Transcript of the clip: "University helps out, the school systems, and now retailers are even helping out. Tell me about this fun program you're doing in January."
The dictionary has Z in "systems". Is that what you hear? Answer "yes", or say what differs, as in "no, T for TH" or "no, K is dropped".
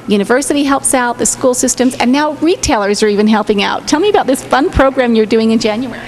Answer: yes